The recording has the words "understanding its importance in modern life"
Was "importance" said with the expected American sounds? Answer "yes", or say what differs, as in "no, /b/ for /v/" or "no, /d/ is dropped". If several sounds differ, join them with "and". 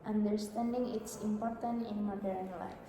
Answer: no, /s/ is dropped